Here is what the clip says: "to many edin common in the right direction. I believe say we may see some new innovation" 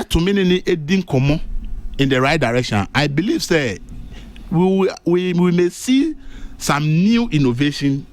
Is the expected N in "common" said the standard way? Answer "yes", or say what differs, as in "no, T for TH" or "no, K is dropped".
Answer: no, N is dropped